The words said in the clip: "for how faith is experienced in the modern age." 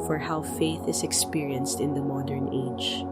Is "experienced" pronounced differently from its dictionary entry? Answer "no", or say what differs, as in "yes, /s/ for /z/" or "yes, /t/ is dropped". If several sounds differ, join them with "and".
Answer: no